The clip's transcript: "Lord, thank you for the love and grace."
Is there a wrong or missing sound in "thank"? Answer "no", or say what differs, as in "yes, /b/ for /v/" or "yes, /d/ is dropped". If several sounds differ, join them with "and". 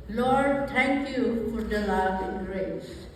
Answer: yes, /t/ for /θ/